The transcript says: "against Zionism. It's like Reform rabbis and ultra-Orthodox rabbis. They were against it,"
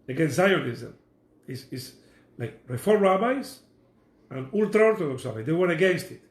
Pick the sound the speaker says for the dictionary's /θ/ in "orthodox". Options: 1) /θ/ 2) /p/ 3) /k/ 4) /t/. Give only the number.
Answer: 4